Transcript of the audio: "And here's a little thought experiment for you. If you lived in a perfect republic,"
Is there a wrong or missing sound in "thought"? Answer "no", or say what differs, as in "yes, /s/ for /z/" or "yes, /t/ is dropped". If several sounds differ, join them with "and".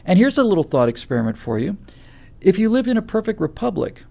no